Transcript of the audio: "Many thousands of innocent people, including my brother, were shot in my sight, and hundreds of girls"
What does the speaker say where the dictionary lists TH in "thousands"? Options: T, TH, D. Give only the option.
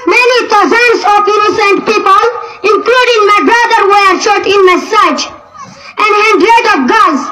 T